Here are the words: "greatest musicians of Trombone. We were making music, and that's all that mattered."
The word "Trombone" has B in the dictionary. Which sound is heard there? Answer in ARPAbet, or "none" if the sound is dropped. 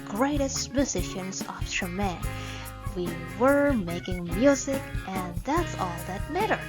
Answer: none